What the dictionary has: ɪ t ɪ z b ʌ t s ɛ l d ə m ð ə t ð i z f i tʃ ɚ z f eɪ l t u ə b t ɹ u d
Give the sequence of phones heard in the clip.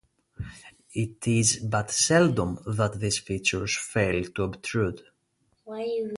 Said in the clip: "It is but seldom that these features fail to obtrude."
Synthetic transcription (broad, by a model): ɪ t ɪ z b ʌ t s ɛ l d ə m ð ə t ð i s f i tʃ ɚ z f eɪ l t u ə b t ɹ u d